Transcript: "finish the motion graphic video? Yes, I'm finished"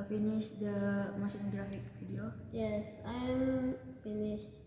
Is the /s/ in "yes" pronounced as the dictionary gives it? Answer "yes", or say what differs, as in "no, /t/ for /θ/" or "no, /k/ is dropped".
yes